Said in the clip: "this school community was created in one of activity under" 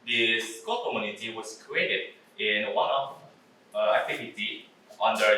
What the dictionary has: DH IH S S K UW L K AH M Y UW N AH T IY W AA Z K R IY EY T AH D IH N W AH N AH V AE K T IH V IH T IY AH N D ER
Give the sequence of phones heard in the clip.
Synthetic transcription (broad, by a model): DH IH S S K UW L K AH M Y UW N AH T IY W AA S K R IY EY T AH D IH N W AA N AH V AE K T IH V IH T IY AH N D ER